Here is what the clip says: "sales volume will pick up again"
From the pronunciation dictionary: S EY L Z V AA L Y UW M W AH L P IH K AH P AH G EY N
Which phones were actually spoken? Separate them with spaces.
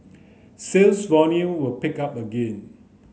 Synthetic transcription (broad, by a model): S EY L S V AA N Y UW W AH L P IH K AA P AH G EY N